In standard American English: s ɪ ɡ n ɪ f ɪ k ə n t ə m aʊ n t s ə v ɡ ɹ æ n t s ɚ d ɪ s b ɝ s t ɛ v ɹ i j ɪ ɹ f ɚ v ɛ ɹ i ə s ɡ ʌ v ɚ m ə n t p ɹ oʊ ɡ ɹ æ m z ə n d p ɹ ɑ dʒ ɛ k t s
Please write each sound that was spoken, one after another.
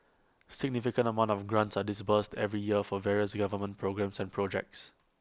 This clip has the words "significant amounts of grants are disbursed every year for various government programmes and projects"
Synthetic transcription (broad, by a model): s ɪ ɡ n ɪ f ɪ k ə n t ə m aʊ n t ə f ɡ ɹ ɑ n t s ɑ d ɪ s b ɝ s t ɛ v ɹ i j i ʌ f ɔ v ɛ ɹ i ə s ɡ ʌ v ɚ m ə n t p ɹ oʊ ɡ ɹ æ m s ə n p ɹ ɑ dʒ ɛ k t s